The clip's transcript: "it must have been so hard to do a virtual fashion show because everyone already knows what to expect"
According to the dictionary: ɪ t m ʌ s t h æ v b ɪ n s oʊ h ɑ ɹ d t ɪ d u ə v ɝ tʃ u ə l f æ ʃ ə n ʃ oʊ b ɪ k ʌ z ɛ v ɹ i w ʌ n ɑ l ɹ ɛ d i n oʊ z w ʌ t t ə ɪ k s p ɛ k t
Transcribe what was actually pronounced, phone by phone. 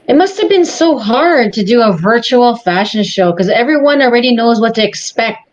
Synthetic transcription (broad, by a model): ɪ t m ʌ s t h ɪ v b ɪ n s oʊ h ɑ ɹ d t ɪ d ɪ ə v ɝ tʃ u l f æ ʃ ə n ʃ oʊ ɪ k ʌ z ɛ v ɹ i w ʌ n l ɹ ɛ d i n oʊ z w ʌ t t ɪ k s p ɛ k t